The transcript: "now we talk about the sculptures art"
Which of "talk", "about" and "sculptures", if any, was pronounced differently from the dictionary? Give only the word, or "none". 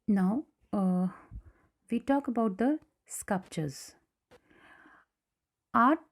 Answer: none